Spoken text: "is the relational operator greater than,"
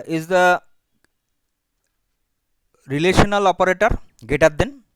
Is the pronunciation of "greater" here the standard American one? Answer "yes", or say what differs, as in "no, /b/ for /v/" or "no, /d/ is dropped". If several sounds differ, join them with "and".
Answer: no, /ɹ/ is dropped